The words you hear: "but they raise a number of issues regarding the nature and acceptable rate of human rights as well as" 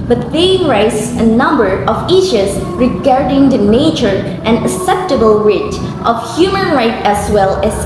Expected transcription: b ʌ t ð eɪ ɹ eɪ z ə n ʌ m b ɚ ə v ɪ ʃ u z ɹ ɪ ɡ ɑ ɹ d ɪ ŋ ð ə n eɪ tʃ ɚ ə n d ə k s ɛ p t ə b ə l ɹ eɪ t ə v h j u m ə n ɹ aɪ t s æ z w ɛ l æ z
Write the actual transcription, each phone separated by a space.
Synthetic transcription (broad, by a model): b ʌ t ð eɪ ɹ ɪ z ə n ʌ m b ɚ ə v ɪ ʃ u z ɹ ɪ ɡ ɑ ɹ d ɪ ŋ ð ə n eɪ tʃ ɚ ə n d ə s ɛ p t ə b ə l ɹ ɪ t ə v h j u m ə n ɹ aɪ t æ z w ɛ l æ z